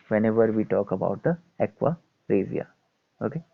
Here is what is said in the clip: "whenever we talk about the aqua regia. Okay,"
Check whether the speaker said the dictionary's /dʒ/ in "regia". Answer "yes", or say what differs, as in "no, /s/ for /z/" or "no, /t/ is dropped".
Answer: no, /z/ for /dʒ/